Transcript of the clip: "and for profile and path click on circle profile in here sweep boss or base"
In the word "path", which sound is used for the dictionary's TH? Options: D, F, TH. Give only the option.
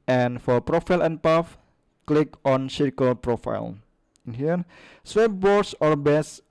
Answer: F